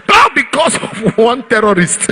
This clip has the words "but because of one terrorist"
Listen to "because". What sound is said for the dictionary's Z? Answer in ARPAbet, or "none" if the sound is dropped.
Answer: S